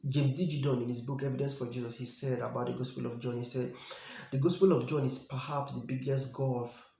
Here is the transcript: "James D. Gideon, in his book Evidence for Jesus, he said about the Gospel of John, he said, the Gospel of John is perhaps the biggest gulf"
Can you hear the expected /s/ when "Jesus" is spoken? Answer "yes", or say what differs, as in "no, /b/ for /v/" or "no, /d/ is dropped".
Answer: yes